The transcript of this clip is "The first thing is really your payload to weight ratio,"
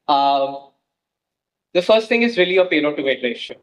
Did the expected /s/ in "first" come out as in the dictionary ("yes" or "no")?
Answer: yes